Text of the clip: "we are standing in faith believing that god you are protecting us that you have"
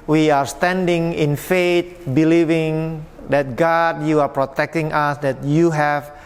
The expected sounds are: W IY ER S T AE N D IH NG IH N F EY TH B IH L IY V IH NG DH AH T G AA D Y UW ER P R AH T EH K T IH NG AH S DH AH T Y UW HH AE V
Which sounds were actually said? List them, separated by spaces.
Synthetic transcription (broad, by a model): W IY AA S T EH N D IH NG IH N F EY T B IH L IY V IH NG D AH T G AA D Y UW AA P R AH T EH K T IH NG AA S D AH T Y UW HH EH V